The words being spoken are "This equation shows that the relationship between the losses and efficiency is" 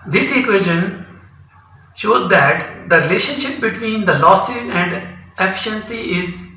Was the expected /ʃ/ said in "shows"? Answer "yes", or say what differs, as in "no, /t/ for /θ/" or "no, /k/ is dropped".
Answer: yes